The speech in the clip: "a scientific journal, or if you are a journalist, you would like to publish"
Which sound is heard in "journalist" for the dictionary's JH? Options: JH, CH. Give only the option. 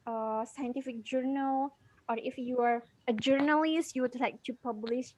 JH